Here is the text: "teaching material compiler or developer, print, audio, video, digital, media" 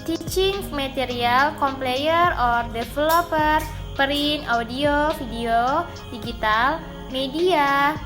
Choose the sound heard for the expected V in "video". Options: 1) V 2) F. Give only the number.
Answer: 2